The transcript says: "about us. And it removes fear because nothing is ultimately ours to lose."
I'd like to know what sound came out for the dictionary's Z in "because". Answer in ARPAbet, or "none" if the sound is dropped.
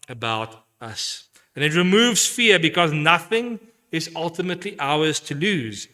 Z